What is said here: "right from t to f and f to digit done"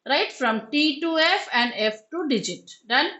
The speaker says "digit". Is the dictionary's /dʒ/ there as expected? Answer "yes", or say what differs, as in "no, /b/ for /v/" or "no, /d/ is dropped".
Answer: yes